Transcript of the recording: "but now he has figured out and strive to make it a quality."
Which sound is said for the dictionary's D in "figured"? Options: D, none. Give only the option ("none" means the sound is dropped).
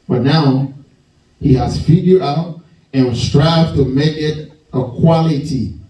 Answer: none